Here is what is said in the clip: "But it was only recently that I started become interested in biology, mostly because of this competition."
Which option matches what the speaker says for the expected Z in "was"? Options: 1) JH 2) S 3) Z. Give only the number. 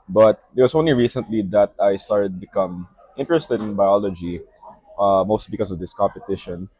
2